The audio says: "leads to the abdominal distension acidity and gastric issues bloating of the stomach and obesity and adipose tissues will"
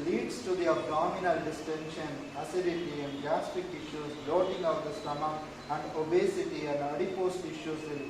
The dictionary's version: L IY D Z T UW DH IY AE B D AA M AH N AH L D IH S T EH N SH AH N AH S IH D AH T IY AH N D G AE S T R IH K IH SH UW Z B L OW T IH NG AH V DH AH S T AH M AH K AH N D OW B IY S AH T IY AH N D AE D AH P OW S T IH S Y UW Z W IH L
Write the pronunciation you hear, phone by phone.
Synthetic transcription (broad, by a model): L IY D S T UW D IY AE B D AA M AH N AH L D IH S T EH N SH AH N AH S IH D AH T IY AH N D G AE S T IH K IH SH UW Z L OW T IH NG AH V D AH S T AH M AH AH N D OW B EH S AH T IY AH N D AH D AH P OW S T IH SH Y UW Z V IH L